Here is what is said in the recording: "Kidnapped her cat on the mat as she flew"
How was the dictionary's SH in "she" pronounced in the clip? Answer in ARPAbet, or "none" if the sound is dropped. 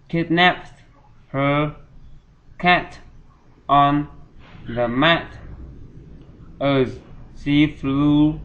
S